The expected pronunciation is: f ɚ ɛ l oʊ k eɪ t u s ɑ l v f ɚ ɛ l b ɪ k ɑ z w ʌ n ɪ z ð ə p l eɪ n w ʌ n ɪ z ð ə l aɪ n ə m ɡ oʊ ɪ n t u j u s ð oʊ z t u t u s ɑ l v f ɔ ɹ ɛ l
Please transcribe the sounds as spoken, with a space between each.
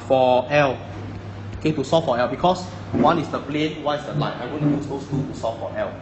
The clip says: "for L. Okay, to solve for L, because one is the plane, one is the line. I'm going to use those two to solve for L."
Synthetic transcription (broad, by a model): f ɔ ɛ l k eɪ t u s ɑ f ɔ ɛ l b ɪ k ɑ s w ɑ n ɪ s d ə p l eɪ n w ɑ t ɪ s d ə l aɪ ə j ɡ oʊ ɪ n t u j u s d oʊ s t u t u s ɑ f ɔ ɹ ɛ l